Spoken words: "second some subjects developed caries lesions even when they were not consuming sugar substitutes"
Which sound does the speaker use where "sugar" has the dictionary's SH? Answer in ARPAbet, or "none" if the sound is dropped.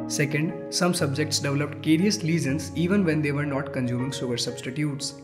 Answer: S